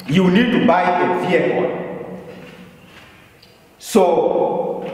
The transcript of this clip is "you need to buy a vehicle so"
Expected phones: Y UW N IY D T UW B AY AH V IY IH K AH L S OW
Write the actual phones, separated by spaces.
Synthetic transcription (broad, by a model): Y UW N IY D T UW B AY AH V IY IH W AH N S OW